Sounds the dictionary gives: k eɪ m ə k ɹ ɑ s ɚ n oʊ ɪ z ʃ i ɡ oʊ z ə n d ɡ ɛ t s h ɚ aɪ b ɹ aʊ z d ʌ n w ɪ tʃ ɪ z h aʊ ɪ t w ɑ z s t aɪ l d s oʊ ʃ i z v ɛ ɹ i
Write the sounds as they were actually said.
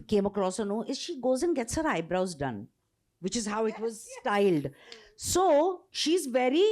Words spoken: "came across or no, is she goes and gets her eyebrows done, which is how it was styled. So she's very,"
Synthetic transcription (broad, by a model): k eɪ m ə k ɹ ɑ s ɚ n oʊ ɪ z ʃ i ɡ oʊ z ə n ɡ ɛ t s h ɚ aɪ b ɹ aʊ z d ʌ n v ɪ tʃ ɪ z h aʊ ɪ t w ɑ z s t aɪ l d s oʊ ʃ i z v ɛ ɹ i